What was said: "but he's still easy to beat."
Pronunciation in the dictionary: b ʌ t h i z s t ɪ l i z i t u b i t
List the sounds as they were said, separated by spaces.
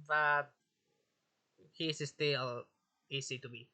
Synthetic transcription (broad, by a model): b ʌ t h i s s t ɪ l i s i t u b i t